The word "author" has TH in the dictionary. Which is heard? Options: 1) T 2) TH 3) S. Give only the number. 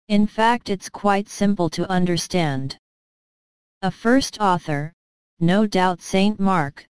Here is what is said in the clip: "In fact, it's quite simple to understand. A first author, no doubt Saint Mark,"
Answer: 2